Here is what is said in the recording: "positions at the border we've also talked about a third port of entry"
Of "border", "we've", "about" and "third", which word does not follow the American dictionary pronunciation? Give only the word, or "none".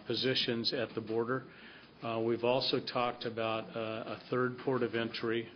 none